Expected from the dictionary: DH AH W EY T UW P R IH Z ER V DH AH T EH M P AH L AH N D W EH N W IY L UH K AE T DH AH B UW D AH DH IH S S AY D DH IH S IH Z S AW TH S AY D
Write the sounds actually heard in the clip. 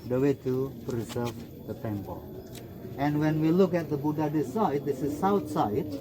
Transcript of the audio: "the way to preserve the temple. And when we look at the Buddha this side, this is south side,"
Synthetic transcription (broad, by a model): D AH W EY T UW P R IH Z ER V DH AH T EH M P AH L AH N W EH N W IY L UH K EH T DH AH B UW D AH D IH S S AY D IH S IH S AW T S AY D